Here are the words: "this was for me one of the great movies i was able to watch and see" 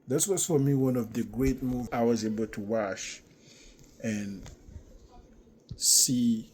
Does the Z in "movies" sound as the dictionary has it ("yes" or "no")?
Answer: no